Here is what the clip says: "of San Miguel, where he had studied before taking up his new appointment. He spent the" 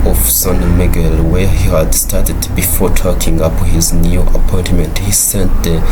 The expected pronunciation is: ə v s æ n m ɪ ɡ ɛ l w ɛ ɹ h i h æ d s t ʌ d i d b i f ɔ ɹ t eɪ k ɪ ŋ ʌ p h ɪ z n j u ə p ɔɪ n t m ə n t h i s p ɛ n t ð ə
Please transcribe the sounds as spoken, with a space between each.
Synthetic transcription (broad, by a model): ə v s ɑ n m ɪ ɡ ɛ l w ɛ ɹ h i h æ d s t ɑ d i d b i f ɔ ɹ t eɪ k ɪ ŋ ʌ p h ɪ z n j u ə p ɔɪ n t m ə n t h i s ɛ n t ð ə